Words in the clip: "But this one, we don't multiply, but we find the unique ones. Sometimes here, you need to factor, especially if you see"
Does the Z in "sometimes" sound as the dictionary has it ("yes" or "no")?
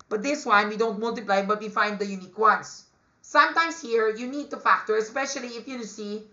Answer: no